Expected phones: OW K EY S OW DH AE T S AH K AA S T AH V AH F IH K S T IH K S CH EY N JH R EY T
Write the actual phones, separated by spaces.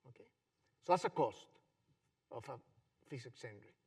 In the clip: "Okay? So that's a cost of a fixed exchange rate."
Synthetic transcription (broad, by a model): OW K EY S OW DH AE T S AH K AA S T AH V AH F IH S IH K S EY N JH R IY